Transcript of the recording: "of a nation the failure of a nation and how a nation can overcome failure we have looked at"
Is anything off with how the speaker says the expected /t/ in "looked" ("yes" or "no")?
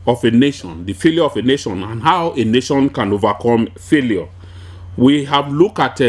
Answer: yes